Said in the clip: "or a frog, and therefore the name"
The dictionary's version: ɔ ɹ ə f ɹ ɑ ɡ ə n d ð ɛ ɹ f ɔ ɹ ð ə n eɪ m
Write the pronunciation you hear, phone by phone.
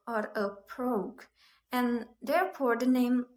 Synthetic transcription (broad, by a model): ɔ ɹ ə p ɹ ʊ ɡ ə n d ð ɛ ɹ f ɔ ɹ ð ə n eɪ m